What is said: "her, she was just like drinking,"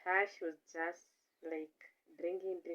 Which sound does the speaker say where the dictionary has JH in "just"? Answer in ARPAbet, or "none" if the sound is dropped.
JH